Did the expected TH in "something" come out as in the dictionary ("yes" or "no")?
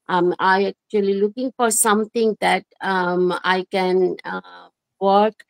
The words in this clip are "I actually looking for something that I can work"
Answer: no